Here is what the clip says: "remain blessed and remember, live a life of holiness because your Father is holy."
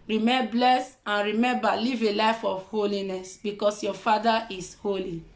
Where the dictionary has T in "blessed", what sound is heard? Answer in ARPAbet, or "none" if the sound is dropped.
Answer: none